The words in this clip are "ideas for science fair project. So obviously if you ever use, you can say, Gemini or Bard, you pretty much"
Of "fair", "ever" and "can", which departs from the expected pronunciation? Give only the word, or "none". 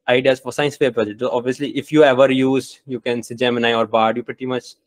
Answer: fair